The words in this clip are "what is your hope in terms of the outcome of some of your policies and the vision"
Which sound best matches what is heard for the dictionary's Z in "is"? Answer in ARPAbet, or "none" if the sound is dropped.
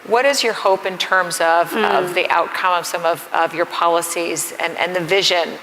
Z